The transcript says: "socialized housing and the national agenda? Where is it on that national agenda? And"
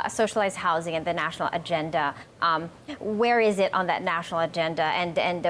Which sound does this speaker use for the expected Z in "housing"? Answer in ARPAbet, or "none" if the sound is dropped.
Z